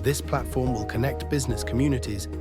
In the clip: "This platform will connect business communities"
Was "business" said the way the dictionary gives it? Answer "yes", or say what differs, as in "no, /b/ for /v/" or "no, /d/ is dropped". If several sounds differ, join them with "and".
yes